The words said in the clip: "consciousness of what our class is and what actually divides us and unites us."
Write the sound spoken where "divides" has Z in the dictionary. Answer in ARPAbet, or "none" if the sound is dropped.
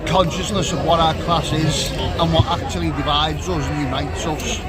Z